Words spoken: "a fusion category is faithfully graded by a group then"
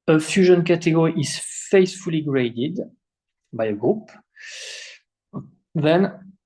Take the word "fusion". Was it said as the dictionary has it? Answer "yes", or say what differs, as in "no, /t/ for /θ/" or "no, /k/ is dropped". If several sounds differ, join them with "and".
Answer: yes